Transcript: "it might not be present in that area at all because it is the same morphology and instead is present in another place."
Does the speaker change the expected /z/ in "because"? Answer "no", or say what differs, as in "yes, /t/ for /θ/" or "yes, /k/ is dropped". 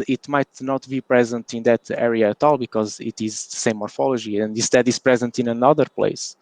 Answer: no